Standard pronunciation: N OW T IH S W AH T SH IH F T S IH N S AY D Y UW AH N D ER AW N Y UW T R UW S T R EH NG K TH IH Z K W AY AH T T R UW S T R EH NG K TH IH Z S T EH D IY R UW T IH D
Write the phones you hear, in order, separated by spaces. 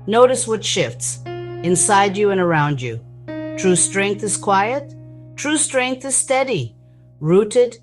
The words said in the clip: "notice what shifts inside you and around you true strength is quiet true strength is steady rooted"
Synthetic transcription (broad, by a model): N OW T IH S W AH T SH IH F T S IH N S AY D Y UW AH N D ER AW N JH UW T R UW S T R EH NG K TH IH Z K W AY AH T T R UW S T R EH NG K TH IH Z S T EH D IY R UW T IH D